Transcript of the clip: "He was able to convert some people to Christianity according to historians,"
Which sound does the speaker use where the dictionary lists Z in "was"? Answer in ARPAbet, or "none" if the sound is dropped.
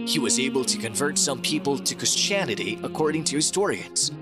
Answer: Z